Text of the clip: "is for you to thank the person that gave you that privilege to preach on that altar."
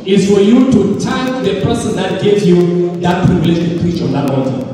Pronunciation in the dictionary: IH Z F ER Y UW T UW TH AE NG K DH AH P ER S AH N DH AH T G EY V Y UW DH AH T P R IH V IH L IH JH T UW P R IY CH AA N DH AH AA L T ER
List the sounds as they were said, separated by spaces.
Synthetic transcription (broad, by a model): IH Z F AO Y UW T UW T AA K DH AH P ER S AH N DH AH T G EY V Y UW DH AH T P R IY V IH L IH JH T UW P R IY CH AA N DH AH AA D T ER